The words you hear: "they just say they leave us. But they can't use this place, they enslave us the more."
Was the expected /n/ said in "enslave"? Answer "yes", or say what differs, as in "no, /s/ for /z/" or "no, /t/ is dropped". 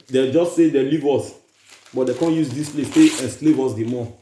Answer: yes